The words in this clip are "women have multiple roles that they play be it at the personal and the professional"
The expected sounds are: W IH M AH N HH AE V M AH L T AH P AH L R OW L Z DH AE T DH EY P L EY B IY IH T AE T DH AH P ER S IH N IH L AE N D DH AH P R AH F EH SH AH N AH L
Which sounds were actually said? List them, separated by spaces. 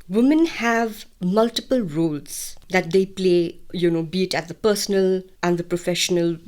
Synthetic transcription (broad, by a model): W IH M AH N HH AE V M AH L T AH P AH L R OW L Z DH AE T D EY P L EY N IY IH T AE T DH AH P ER S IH N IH L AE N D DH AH P R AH F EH SH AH N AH L